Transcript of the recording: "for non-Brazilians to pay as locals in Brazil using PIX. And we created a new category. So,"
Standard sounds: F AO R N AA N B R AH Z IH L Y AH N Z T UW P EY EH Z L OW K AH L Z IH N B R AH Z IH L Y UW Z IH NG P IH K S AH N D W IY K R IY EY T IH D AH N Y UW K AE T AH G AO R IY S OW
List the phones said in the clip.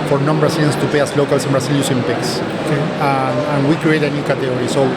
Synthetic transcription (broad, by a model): F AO R N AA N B R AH S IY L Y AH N S T UW P EY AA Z L OW K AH L S IH N B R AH S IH L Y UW S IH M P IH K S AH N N W IY K R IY EY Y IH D AH N Y UW K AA T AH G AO R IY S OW